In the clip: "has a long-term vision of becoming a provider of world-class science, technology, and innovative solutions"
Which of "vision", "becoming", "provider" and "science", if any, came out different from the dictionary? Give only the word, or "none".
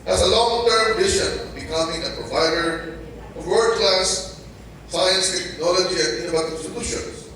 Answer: vision